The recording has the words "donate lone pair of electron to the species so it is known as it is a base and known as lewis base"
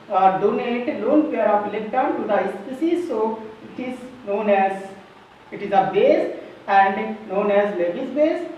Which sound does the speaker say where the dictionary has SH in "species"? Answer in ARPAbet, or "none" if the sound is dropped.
S